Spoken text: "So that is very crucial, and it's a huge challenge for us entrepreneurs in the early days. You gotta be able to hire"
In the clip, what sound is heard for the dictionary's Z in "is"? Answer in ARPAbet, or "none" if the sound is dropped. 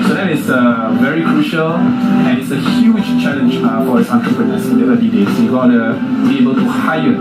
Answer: S